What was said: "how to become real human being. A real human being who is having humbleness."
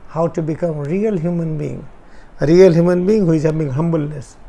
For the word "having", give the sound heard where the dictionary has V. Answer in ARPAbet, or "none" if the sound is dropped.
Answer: B